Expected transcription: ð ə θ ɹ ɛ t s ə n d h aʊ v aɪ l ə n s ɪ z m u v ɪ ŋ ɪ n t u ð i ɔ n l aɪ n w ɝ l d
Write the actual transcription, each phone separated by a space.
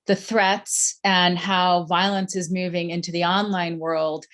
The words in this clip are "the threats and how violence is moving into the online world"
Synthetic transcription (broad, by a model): ð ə θ ɹ ɛ t s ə n h aʊ v aɪ l ə n s ɪ z m u v ɪ ŋ ɪ n t u ð i ɔ n l aɪ n w ɝ l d